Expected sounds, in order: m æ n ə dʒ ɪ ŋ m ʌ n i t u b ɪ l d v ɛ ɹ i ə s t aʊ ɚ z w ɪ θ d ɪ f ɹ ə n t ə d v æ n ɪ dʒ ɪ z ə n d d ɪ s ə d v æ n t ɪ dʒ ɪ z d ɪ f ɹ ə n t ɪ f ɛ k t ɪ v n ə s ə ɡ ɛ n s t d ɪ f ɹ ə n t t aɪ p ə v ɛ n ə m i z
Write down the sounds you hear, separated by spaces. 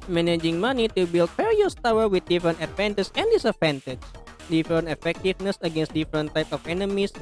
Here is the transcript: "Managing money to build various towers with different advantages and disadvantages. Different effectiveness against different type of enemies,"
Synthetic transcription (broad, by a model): m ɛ n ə dʒ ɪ ŋ m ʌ n i t u b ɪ l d f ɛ ɹ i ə s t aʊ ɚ w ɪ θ d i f ɹ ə n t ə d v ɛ n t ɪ s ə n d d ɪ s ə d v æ n t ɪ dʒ d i f ɹ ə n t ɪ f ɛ k t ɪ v n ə s ə ɡ ɛ n s t d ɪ f ɹ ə n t t aɪ p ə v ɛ n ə m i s